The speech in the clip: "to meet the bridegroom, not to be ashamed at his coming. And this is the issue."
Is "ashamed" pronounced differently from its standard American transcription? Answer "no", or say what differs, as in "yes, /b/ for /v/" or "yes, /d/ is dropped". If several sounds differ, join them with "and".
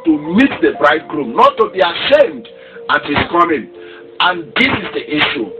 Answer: no